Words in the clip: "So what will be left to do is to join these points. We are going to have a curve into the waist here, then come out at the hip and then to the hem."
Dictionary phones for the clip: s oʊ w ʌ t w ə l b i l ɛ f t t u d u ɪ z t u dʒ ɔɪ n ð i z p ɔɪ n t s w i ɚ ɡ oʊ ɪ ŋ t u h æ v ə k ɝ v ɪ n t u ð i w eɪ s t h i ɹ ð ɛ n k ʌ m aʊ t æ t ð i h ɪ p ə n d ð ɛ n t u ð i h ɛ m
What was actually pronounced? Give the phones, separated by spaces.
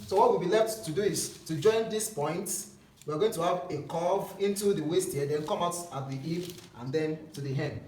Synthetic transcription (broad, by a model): s oʊ w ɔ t w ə b i l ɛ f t t u d u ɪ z t u dʒ ɔɪ n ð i s p ɔɪ n t w i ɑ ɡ oʊ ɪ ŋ t u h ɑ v ə k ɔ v ɪ n t u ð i w eɪ s t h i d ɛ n k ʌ m aʊ t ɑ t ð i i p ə n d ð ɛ n t u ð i h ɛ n